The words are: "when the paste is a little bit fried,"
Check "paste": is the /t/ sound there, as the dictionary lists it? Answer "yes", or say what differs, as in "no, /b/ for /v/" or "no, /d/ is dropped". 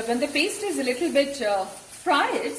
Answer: yes